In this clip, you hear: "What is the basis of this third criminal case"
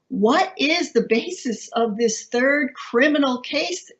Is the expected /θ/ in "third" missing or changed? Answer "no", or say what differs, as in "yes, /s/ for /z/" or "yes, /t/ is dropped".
no